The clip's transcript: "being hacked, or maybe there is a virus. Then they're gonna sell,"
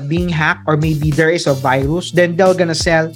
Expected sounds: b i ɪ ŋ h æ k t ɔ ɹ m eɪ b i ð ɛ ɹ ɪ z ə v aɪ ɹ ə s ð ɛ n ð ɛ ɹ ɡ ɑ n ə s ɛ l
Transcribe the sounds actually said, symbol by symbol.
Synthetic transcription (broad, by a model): b i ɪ ŋ h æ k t ɔ ɹ m eɪ b i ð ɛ ɹ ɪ s ə v aɪ ɹ ə s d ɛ n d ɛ l ɡ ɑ n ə s ɛ l